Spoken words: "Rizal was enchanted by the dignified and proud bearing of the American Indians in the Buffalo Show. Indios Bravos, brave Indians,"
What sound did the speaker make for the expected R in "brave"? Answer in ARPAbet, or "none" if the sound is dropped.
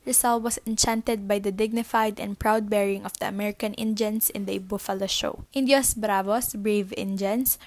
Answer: R